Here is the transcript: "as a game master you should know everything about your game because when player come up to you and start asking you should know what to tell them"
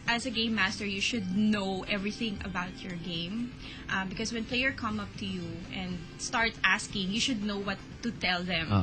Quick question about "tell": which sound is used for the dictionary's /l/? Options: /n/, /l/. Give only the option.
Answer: /l/